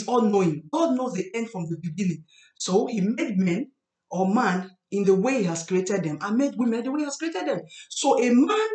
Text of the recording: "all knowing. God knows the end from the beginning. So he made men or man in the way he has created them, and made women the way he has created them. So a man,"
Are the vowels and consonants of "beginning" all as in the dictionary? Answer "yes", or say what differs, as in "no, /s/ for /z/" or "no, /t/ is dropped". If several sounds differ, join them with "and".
no, /l/ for /n/